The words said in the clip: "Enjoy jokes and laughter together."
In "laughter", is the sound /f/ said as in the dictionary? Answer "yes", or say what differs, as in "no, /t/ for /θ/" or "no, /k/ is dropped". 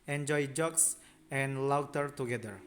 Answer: no, /f/ is dropped